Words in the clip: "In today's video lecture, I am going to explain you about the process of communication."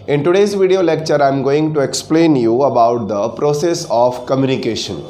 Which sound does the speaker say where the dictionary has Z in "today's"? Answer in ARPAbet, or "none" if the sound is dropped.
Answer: Z